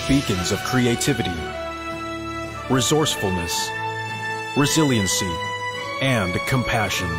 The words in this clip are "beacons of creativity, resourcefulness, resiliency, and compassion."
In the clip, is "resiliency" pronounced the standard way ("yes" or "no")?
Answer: yes